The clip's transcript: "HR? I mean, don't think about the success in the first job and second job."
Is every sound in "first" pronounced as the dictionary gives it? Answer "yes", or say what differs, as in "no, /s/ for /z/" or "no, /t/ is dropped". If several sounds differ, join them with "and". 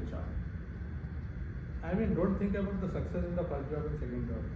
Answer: no, /s/ is dropped